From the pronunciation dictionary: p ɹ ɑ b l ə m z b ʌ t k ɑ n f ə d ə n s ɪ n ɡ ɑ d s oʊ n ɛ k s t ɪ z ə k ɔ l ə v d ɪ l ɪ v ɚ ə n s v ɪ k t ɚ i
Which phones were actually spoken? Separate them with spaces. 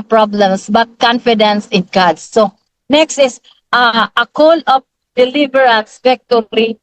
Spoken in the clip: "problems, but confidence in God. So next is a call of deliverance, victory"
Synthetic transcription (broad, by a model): p ɹ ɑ b l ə m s b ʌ t k ɑ n f ə d ə n s ɪ n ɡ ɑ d s oʊ n ɛ k s t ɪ s ə k ɔ l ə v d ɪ l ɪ b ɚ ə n s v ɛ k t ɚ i